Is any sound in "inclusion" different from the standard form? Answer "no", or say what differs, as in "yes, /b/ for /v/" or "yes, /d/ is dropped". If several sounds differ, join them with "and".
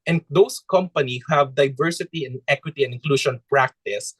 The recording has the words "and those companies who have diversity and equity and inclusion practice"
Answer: yes, /ʃ/ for /ʒ/